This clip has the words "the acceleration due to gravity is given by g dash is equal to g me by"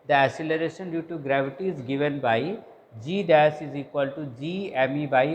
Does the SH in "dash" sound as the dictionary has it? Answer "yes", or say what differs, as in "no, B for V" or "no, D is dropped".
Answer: no, S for SH